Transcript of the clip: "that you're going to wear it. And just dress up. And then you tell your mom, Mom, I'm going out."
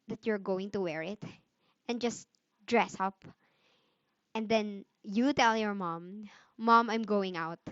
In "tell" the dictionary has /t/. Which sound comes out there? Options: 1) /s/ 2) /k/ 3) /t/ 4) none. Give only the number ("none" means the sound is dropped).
3